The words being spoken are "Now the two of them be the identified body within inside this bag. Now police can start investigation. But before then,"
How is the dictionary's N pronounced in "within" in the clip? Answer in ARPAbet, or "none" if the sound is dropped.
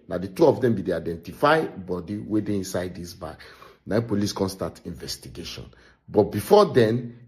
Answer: none